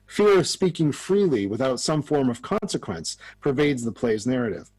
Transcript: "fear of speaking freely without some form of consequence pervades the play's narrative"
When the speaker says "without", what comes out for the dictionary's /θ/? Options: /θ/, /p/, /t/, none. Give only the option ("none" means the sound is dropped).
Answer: /θ/